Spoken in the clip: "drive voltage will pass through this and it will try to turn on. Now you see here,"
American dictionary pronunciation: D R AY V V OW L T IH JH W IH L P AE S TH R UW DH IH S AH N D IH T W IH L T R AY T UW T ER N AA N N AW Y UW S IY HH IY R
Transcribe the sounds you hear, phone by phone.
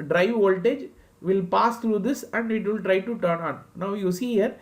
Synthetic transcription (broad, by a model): D R AY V V OW L T IH JH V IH L P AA S T R UW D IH S AH N D IH T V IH L T R AY T UW T ER N AA N N AW Y UW S IY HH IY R